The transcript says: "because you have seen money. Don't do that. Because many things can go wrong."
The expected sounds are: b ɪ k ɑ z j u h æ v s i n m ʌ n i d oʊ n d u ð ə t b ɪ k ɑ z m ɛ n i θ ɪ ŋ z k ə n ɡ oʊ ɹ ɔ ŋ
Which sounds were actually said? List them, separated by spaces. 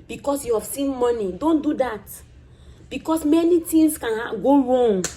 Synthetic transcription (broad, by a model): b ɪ k ɑ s j u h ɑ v s i n m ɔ n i d oʊ n d u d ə t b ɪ k ɑ s m ɛ n i t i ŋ s k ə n ɡ oʊ ɹ ɔ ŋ